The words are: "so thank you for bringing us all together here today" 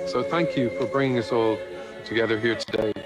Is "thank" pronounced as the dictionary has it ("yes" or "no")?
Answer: yes